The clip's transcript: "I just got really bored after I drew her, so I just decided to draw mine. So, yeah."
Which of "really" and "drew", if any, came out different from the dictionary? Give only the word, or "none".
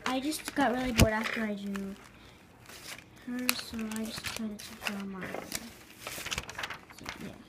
drew